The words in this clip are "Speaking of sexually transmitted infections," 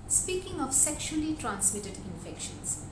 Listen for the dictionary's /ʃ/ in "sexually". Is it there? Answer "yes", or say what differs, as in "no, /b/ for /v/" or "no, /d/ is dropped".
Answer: yes